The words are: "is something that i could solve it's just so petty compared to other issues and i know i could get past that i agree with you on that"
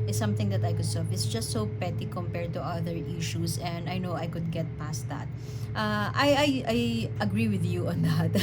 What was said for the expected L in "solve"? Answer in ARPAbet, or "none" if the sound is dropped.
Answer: none